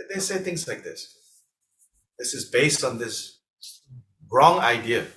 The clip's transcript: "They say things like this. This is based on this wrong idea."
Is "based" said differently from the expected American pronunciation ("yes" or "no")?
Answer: no